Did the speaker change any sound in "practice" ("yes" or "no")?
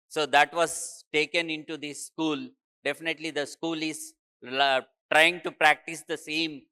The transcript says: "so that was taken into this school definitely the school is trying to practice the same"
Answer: no